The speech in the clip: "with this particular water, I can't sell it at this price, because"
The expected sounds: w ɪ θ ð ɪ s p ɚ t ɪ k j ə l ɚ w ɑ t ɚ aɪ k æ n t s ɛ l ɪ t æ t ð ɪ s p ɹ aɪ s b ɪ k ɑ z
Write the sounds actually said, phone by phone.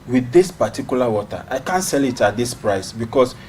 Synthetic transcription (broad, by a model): w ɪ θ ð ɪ s p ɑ t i k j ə l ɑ w ɑ t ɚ aɪ k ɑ n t s ɛ l ɪ t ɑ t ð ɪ s p ɹ aɪ s b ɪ k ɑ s